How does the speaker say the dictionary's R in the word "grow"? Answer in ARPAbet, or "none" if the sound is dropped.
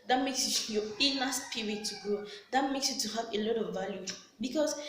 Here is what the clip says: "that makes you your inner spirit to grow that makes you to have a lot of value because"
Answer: none